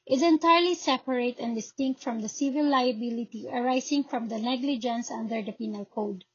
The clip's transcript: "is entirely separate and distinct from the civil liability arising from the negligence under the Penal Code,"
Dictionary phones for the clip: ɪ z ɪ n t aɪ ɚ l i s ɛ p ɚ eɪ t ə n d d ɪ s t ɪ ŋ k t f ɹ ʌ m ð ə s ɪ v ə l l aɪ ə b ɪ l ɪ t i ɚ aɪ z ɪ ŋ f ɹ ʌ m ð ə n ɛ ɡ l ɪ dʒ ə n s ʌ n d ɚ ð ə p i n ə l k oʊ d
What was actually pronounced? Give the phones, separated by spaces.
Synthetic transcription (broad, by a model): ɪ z ɪ n t aɪ ɚ l i s ɛ p ɚ eɪ t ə n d d ɪ s t ɪ ŋ k t f ɹ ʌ m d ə s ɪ v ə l l aɪ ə b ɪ l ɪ t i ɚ aɪ s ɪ ŋ f ɹ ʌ m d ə n ɛ ɡ l ɪ dʒ ə n s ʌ n d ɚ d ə p i n ə l k oʊ d